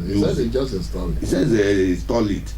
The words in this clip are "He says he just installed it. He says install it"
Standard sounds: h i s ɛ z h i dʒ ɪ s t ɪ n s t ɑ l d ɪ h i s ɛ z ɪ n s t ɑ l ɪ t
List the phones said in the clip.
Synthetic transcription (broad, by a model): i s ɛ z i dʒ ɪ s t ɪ s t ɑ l ɪ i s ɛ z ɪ s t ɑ l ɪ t